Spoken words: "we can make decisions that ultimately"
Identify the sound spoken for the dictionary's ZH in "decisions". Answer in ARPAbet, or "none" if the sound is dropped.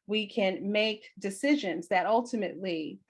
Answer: ZH